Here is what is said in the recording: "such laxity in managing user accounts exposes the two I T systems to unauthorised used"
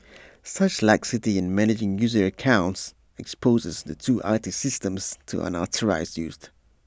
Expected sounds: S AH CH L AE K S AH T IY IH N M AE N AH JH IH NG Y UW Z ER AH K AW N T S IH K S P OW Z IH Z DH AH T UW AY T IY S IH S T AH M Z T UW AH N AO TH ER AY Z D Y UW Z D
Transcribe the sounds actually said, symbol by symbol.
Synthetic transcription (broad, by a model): S AH CH L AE K S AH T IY IH N M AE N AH JH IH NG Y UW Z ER AH K AW N T S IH K S P OW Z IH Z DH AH T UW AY T IY S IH S T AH M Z T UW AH N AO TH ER AY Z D Y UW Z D